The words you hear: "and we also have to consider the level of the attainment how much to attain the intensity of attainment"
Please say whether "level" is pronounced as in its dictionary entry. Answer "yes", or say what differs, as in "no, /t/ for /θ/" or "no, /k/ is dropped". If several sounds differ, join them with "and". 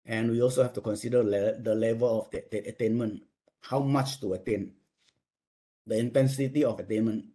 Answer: yes